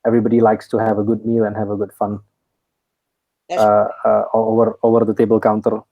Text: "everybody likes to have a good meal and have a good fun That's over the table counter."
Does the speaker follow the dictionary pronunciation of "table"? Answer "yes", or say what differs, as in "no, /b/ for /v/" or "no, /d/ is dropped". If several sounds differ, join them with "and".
yes